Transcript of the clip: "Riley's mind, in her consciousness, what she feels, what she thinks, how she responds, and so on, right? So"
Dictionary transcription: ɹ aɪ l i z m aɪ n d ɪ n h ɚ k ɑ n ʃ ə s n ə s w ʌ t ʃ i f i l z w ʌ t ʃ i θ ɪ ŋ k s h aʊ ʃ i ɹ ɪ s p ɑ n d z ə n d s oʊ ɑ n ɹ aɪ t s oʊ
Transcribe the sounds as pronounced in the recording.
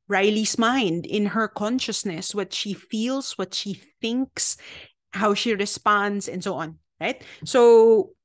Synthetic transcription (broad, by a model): ɹ aɪ l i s m aɪ n d ɪ n h ɚ k ɑ n ʃ ə s n ə s w ʌ t ʃ i f i l s w ʌ t ʃ i θ ɪ ŋ k s h aʊ ʃ i ɹ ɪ s p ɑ n d s ə n d s oʊ ɑ n ɹ aɪ t s oʊ